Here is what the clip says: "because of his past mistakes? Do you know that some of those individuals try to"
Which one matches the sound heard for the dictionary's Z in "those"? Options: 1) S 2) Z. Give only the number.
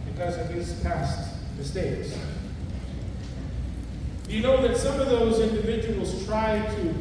2